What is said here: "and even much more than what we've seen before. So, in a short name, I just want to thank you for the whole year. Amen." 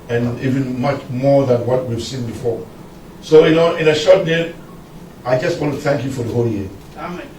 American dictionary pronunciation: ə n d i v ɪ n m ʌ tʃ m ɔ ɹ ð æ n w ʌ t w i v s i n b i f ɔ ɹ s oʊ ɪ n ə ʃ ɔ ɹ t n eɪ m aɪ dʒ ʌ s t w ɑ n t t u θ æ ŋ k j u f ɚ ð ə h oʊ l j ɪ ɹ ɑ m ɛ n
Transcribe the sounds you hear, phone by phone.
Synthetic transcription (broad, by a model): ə n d i v ɪ n m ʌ tʃ m ɔ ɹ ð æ n w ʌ t w i v s i n b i f ɔ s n oʊ ɪ n ə ʃ ɔ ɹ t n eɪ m aɪ dʒ ʌ s t w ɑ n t t u θ æ ŋ k j u f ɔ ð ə h oʊ l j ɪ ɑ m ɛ